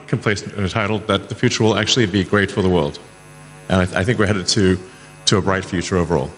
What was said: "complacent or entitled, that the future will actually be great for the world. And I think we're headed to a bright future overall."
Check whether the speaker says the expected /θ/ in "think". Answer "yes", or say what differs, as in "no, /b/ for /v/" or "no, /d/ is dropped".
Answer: yes